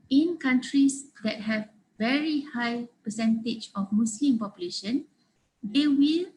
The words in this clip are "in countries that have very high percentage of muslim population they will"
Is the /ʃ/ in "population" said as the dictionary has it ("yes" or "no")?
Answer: yes